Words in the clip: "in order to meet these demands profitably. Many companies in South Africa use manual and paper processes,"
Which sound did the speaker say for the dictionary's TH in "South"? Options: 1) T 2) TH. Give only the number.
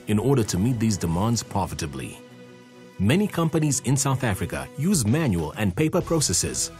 2